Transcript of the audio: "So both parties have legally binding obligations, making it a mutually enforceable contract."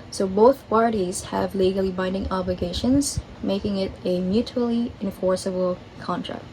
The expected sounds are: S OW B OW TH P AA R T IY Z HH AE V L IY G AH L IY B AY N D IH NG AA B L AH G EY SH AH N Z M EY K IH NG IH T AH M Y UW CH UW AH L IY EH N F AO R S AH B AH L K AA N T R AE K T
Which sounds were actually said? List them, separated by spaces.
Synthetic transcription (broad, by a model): S OW B OW TH P AA R T IY Z HH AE V L IY G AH L IY B AY N D IH NG AA B L AH G EY SH AH N Z M EY K IH NG IH T AH M Y UW CH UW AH L IY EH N F AO R S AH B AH L K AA N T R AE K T